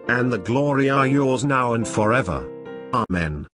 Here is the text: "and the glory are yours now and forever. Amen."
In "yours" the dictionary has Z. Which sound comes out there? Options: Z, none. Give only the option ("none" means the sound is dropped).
Z